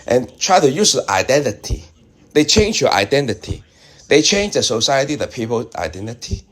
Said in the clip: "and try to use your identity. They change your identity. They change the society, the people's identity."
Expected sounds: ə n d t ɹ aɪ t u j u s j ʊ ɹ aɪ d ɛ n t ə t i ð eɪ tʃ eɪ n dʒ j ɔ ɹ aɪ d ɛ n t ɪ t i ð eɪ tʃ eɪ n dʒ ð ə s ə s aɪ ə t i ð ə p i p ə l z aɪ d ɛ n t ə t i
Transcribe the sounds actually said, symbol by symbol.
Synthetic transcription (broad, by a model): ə n t ɹ aɪ t u j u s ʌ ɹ aɪ d ɛ n t ə t i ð eɪ tʃ eɪ n dʒ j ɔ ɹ aɪ d ɛ n t ɪ t i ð eɪ tʃ eɪ n dʒ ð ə s ə s aɪ ə t i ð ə p i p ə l aɪ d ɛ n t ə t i